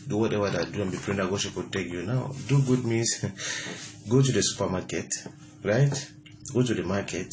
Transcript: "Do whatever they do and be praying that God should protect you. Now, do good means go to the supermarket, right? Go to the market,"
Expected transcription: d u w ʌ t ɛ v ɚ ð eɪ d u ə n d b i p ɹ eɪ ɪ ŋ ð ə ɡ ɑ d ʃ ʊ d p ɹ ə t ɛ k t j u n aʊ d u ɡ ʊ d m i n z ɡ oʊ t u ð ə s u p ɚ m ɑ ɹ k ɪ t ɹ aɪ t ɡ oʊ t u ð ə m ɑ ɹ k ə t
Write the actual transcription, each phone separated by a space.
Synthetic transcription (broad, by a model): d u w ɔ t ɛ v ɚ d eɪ d u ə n b i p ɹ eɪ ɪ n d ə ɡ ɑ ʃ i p w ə t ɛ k j u n aʊ d u ɡ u d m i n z ɡ oʊ t u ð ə s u p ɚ m ɑ k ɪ t ɹ aɪ t ɡ oʊ t u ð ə m ɑ k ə t